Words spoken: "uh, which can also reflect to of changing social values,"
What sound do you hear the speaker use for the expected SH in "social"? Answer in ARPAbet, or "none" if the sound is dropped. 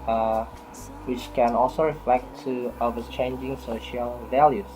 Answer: SH